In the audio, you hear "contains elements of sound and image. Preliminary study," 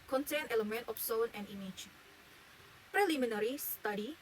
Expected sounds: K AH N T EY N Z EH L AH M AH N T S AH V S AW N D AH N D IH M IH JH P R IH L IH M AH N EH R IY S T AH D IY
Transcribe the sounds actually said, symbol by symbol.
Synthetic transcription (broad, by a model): K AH N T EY N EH L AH M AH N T AH F S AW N AH N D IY M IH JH P R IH L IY M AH N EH R IY S T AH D IY